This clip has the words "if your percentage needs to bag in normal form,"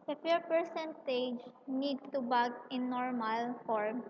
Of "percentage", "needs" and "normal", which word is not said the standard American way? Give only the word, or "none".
needs